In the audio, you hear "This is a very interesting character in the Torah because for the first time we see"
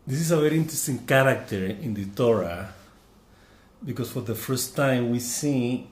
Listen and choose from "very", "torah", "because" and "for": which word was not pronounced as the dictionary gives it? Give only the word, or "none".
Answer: because